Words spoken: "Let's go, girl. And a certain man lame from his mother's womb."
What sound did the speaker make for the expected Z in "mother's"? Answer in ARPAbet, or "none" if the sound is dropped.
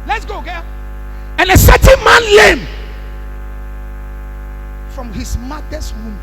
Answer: S